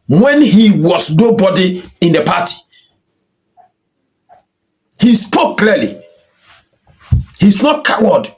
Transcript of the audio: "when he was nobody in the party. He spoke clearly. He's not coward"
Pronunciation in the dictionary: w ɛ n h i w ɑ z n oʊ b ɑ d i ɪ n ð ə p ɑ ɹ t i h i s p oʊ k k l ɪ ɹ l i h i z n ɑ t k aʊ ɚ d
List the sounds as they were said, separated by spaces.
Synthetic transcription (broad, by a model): w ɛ n h i w ɑ s n oʊ b ɑ d i ɪ n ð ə p ɑ t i h i s p oʊ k k l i l i h i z n ɑ t k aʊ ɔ d